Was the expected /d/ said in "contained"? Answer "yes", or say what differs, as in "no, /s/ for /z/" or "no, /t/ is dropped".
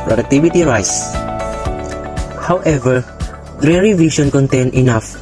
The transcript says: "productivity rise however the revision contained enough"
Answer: no, /d/ is dropped